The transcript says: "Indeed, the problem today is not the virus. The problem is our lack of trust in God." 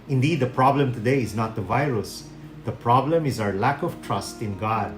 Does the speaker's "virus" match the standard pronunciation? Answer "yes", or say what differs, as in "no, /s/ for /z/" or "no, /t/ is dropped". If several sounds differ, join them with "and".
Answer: yes